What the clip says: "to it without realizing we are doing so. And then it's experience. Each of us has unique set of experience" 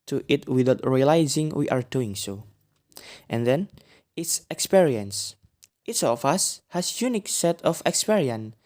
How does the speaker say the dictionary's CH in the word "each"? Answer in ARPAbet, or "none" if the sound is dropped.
S